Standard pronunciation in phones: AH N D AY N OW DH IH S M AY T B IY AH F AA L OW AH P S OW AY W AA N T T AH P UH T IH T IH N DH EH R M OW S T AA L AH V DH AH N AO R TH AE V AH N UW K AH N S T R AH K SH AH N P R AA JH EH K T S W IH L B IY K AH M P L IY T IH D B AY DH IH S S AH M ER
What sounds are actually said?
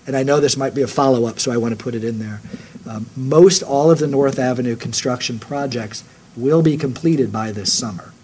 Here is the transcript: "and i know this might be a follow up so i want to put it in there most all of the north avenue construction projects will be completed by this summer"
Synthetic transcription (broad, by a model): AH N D AY N OW DH IH S M AY T B IY AH F AA L OW AH P S OW AY W AA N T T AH P UH T IH T IH N DH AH R M OW S T AA L AH V DH AH N AO R TH AE V AH N UW K N S T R AH K SH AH N P R AA JH EH K T S W IH L B IY K AH M P L IY T IH D B AY DH IH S S AH M ER